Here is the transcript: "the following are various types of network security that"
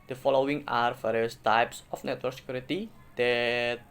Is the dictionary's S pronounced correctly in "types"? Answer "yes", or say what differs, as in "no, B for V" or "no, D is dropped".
yes